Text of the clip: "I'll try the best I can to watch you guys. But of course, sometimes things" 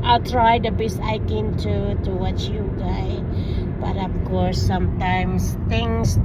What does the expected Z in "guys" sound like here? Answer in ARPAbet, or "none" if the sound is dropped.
none